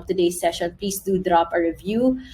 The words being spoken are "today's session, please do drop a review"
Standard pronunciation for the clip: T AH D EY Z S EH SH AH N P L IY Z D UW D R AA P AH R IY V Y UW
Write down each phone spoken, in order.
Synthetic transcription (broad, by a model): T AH D EY S EH SH AH N P L IY S D UW D R AA P AH R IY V Y UW